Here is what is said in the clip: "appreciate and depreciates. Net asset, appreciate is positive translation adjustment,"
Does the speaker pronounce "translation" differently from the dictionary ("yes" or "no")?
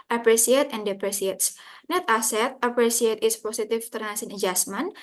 yes